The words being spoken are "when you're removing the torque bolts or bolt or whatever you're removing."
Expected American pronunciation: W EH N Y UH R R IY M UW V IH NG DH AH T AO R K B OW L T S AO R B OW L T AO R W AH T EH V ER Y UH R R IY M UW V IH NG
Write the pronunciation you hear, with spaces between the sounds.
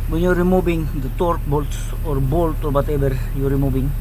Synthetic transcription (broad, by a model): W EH N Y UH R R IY M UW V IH NG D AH T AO R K B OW L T S AO R B OW L T AO R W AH T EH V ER Y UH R R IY M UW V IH NG